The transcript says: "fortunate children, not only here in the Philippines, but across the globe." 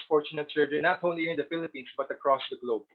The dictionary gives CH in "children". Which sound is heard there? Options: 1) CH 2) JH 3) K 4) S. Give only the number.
4